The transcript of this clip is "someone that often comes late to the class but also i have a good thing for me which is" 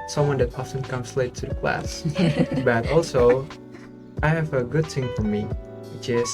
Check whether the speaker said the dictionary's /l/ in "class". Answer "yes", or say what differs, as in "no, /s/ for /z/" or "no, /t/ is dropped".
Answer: yes